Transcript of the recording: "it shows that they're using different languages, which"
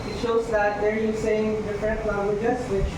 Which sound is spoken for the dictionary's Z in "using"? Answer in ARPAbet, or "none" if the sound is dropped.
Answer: S